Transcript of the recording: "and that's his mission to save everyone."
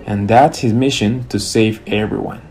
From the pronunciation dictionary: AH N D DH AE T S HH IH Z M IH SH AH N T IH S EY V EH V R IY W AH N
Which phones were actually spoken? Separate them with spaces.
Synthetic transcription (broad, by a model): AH N DH AE T S HH IH Z M IH SH AH N T IH S EY V EH V R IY W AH N